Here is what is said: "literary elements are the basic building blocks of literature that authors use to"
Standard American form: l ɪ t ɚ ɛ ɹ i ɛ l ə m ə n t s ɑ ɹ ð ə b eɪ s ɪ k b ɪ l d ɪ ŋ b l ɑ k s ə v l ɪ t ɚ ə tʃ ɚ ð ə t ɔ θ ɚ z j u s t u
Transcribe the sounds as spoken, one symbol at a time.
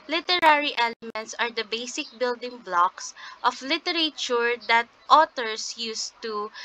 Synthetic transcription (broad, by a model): l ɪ t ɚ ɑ ɹ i ɛ l ə m ə n t s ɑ ɹ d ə b eɪ s ɪ k b ɪ l d ɪ ŋ b l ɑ k s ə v l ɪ t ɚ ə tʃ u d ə t ɔ t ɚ s j u s t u